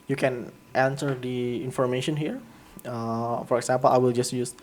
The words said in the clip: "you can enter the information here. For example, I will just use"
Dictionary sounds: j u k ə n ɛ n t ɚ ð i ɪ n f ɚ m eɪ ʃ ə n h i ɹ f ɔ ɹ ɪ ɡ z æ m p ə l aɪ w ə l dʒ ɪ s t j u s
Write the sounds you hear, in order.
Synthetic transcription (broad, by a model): j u k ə n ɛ n s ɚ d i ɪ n f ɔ m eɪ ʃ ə n h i ɹ f ɔ ɹ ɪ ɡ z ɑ m p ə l aɪ w ə l dʒ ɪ s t j u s